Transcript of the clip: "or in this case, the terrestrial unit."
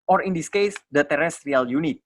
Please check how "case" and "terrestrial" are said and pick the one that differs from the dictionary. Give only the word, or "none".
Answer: none